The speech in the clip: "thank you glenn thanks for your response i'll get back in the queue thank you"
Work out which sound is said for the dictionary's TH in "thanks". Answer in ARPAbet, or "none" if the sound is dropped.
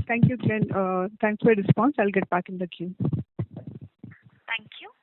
T